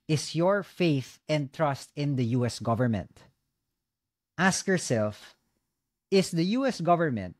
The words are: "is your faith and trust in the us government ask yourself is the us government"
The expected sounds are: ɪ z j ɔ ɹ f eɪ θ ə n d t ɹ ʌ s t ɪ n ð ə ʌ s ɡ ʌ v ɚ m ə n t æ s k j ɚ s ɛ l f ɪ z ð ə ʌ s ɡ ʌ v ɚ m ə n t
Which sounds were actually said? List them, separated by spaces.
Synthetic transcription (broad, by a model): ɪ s j ɔ ɹ f eɪ θ ə n d t ɹ ʌ s t ɪ n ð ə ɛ s ɡ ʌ v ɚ m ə n t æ s k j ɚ s ɛ l f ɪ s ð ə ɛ s ɡ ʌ v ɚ m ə n t